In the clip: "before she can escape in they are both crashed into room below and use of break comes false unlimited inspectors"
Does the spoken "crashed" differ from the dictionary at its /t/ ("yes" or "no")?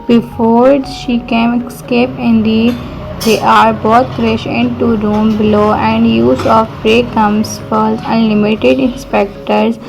yes